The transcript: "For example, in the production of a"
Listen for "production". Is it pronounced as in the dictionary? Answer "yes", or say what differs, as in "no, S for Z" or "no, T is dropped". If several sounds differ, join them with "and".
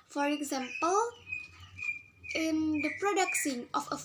no, S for SH